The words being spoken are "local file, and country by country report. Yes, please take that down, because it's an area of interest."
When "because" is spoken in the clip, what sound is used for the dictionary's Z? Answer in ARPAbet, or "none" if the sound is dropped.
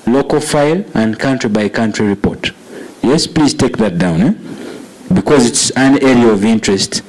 Z